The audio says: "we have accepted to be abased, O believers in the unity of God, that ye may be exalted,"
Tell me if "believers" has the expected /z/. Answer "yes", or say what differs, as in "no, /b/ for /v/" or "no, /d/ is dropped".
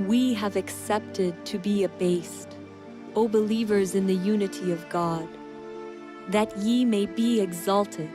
yes